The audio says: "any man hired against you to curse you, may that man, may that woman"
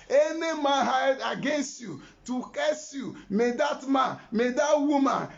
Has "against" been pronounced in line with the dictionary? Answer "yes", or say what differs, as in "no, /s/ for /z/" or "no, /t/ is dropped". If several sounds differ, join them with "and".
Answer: yes